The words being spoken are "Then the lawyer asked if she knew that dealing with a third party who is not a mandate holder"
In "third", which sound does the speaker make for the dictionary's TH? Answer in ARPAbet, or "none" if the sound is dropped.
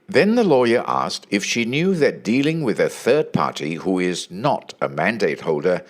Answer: TH